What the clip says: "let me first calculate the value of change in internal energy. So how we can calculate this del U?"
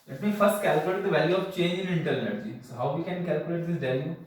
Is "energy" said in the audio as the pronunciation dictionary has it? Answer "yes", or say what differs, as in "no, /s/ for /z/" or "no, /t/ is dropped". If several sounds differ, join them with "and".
yes